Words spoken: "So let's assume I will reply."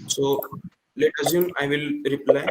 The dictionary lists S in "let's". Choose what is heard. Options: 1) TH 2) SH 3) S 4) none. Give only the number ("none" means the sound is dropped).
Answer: 4